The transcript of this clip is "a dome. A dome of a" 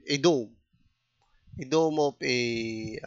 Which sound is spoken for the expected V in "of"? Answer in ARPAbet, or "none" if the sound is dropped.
P